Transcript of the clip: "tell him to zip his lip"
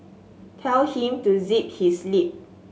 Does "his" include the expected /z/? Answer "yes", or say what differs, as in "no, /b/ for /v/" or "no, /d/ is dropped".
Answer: no, /s/ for /z/